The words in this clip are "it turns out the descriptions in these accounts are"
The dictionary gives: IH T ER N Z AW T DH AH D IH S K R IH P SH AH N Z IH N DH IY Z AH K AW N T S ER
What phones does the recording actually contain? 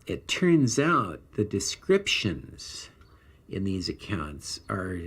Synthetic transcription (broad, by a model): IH T ER N Z AW T DH AH D IH S K R IH P SH AH N Z IH N DH IY Z AH K AW N T S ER